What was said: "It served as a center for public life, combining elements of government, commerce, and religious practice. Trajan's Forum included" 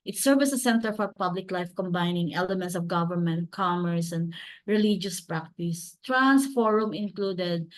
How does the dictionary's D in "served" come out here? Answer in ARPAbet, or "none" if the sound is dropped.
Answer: none